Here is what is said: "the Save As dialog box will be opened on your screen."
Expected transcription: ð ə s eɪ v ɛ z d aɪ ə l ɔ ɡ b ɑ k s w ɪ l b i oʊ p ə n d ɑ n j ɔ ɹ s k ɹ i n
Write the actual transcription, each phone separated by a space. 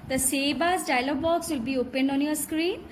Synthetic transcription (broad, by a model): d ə s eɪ b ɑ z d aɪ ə l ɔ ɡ b ɑ k s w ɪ l b i oʊ p ə n d ɑ n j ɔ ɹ s k ɹ i n